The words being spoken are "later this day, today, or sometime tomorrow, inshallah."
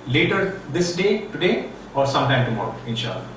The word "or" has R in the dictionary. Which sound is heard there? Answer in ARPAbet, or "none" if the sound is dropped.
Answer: R